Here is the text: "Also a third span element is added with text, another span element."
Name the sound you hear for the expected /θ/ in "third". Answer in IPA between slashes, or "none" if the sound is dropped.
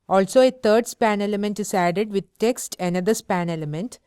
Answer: /t/